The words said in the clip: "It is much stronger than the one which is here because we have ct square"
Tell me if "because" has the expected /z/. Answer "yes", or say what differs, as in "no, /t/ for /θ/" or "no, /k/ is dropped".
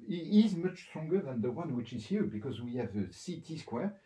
yes